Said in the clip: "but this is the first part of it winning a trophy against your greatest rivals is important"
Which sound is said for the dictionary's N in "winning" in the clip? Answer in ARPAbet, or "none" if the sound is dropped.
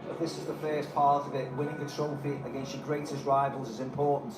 L